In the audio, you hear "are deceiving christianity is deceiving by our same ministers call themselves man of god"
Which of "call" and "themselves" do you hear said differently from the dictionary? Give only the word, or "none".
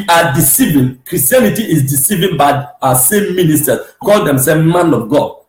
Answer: themselves